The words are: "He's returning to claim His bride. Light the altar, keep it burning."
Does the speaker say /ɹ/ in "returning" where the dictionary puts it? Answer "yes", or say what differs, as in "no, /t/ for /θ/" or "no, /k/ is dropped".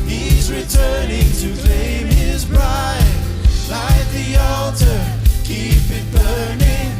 yes